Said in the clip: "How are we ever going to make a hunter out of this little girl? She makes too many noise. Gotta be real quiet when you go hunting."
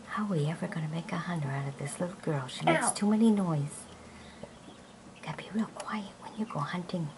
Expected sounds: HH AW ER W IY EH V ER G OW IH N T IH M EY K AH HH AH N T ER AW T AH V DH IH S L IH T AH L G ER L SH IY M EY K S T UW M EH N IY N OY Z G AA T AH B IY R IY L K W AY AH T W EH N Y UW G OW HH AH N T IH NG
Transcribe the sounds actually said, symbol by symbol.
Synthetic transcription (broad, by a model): HH AW W IY EH V ER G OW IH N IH M EY K AH HH AH N T ER AW T AH V DH IH S L IH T L G ER L SH IY M EY K S T UW M EH N IY N OY Z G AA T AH B IY R IY L K W AY AH T W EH N Y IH G OW HH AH N T IH NG